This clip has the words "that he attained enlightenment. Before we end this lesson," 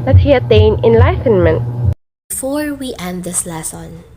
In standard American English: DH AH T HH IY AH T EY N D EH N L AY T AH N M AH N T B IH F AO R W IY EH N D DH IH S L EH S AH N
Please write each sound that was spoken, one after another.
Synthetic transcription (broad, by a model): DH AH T HH IY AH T EY N EH N L AY T AH N M AH N T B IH F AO R W IY EH N D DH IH S L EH S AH N